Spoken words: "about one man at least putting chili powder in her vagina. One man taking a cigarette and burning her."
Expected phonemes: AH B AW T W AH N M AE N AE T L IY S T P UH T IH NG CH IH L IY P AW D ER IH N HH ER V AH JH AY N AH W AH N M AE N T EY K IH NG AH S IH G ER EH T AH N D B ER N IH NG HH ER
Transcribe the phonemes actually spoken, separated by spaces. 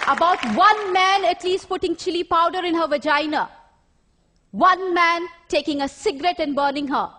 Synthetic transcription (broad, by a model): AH B AW T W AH N M AE N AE T L IY S T P UH T IH NG CH IH L IY P AW D ER IH N HH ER V AH JH AY N AH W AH N M AE N T EY K IH NG AH S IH G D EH T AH N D B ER N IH NG HH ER